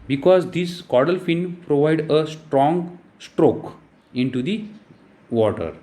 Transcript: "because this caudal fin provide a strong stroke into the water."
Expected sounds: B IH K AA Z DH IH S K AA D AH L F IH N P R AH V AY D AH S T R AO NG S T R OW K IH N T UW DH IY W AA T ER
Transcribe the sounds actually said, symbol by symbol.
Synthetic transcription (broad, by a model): B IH K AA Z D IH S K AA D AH L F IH N P R AH V AY D AH S T R AO NG S T R OW K IH N T UW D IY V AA T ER